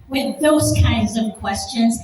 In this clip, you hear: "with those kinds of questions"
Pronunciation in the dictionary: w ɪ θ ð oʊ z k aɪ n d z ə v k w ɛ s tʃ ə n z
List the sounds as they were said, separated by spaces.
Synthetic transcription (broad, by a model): w ɪ ð oʊ z k aɪ n d z ə v k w ɛ s tʃ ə n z